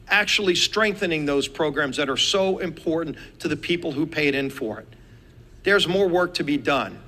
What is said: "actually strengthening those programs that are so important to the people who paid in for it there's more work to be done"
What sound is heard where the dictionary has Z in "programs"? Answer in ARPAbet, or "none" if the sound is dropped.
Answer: Z